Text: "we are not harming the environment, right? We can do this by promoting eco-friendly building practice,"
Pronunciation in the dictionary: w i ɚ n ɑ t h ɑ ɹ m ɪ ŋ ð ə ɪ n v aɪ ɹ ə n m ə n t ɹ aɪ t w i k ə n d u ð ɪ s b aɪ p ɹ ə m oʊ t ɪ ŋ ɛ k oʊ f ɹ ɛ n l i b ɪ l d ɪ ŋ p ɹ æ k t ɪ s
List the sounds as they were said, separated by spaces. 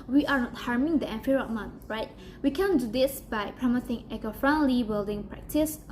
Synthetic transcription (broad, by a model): w i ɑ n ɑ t h ɑ ɹ m ɪ ŋ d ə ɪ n f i ɹ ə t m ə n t ɹ aɪ t w i k ə n d u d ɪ s b aɪ p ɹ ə m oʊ s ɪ ŋ ɛ k oʊ f ɹ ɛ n l i b ɪ l d ɪ ŋ p ɹ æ k t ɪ s